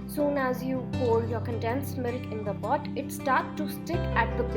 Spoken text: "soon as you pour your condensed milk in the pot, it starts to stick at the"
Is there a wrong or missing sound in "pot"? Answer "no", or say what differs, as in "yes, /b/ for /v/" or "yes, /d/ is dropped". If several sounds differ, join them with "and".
yes, /b/ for /p/